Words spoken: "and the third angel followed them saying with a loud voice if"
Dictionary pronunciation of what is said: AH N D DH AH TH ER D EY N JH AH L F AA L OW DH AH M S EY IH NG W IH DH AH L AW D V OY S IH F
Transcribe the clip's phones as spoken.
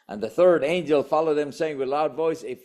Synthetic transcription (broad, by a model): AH N DH AH TH ER D EY N JH AH L F AA L OW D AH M S EY IH NG W IH DH L AW D V OY S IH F